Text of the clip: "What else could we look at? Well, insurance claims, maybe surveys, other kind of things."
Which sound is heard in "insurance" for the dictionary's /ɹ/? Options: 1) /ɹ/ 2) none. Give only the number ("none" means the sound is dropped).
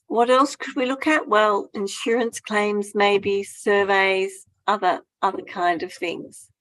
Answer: 1